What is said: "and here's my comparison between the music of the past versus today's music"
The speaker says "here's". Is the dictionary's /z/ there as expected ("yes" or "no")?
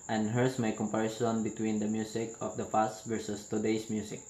no